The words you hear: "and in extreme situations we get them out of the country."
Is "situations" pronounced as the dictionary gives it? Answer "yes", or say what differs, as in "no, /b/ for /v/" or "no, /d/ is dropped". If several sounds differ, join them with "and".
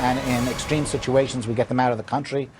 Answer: yes